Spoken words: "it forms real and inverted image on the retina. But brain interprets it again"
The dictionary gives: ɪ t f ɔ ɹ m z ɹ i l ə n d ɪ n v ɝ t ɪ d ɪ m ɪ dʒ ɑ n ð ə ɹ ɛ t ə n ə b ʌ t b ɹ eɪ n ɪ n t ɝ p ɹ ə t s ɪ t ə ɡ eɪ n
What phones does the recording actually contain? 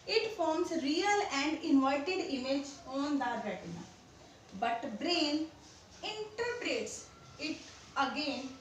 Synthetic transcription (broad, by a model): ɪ t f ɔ ɹ m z ɹ i l ə n d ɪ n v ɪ t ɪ d ɪ m ɪ dʒ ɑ n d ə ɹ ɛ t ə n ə b ʌ t b ɹ eɪ n ɪ n t ɝ p ɹ ə t s ɪ t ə ɡ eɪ n